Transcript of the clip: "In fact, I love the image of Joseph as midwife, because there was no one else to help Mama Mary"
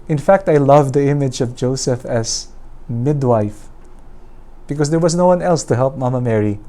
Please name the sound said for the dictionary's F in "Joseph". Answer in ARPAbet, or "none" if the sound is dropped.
F